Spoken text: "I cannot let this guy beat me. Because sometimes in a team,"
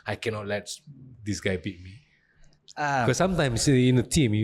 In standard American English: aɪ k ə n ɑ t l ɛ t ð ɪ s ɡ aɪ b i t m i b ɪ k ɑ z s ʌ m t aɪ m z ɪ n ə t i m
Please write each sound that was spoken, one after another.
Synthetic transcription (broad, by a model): aɪ k ə n ɑ t l ɛ t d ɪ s ɡ aɪ b i t m i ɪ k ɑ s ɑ m t aɪ m s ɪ n ə t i m